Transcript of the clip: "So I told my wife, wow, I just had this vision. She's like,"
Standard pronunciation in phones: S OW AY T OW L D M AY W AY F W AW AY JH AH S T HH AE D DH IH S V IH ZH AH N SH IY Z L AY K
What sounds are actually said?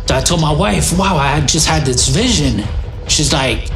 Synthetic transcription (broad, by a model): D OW AY T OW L M AY W AY F W AW AY JH AH S T HH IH D DH IH S V IH ZH AH N SH IY Z L AY K